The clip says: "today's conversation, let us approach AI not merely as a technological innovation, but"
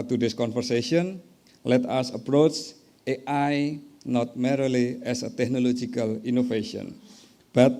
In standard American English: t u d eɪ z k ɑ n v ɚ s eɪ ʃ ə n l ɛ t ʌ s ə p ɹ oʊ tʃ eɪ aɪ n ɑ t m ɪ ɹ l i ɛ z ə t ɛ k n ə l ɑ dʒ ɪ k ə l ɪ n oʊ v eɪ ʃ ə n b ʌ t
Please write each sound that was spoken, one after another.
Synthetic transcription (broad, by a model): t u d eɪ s k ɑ n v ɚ s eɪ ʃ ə n l ɛ t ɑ s ə p ɹ oʊ tʃ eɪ aɪ n ɑ t m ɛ ɹ l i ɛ s ə t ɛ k n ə l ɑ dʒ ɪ k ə l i n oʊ f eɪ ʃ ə n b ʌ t